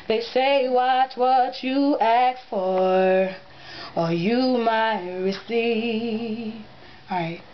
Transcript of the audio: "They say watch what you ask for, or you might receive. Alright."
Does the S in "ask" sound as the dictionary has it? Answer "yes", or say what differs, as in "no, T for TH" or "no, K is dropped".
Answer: no, S is dropped